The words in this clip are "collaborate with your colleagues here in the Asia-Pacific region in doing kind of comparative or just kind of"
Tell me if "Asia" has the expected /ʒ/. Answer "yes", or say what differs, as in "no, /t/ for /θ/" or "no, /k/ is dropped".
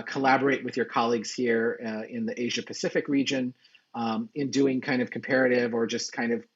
yes